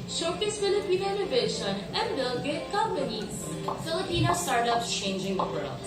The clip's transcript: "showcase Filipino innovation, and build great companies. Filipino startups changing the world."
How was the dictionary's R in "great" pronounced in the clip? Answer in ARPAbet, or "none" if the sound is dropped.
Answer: none